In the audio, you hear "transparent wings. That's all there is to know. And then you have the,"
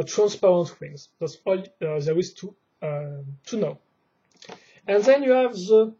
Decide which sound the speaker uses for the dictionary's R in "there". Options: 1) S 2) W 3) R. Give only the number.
2